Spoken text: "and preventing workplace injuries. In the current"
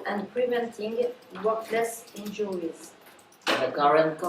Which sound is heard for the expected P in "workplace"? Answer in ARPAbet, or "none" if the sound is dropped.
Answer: none